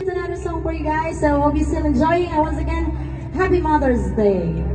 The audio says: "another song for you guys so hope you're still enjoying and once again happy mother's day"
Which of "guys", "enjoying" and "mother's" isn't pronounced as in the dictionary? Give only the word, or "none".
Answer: none